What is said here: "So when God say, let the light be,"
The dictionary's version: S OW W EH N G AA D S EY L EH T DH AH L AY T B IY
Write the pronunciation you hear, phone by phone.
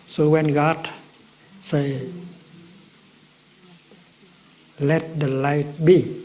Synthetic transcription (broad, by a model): S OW W EH N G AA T S EY L EH T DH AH L AY T B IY